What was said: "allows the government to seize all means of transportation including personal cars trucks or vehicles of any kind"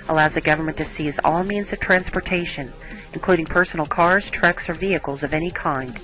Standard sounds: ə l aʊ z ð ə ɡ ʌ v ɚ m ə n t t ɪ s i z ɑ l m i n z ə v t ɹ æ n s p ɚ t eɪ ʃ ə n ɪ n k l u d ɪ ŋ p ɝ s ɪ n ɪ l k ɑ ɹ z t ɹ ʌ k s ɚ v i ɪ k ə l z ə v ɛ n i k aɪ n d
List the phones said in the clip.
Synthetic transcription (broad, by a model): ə l aʊ z ð ə ɡ ʌ v ɚ m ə n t t ɪ s i z ɑ l m i n z ə v t ɹ æ n s p ɚ t eɪ ʃ ə n ɪ n k l u d ɪ ŋ p ɝ s n l k ɑ ɹ z t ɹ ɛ k s ɚ v i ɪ k l z ə v ɛ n i k aɪ n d